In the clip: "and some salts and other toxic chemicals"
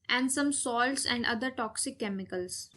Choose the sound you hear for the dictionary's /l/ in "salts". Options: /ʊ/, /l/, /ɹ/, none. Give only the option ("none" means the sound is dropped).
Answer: /l/